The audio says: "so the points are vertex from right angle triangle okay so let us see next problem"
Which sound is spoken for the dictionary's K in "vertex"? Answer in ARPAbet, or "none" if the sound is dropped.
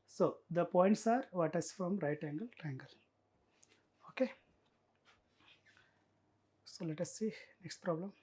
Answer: none